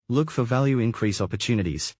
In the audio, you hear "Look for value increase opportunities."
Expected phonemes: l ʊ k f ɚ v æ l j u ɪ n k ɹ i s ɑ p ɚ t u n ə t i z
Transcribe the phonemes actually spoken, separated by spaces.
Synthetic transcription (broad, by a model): l ʊ k f ɚ v æ l j u ɪ n k ɹ i s ɑ p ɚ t u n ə t i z